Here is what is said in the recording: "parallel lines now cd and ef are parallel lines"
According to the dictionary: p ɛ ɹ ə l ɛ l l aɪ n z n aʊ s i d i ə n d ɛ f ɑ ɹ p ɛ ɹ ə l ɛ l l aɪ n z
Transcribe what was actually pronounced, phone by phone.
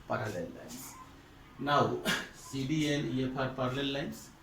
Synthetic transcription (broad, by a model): p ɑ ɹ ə l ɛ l l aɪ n s n aʊ s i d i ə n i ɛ p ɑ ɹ p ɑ ɹ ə l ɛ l l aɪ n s